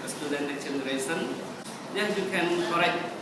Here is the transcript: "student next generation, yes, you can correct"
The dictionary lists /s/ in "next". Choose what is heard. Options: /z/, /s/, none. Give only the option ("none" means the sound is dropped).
none